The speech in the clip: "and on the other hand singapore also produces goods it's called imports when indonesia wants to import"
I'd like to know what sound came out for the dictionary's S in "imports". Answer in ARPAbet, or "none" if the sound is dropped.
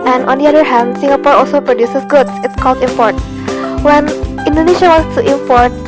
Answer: none